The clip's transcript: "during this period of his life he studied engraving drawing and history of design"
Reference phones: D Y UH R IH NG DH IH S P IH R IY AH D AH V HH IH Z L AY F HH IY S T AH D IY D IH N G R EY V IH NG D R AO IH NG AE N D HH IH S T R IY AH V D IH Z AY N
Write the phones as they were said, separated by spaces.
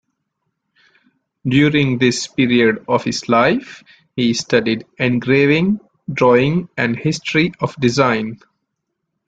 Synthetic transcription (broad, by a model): D Y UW R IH NG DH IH S P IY R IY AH D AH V HH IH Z L AY F HH IY S T AH D IY D IH N G R EY V IH NG D R AO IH NG AE N D HH IH S T R IY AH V D IH Z AY N